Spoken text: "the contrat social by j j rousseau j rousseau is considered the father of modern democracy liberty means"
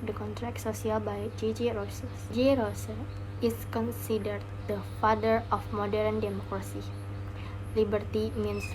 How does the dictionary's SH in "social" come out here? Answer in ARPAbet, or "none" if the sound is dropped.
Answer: S